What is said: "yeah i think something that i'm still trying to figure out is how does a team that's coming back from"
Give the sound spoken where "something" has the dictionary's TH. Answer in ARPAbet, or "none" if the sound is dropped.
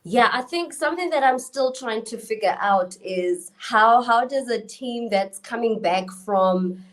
TH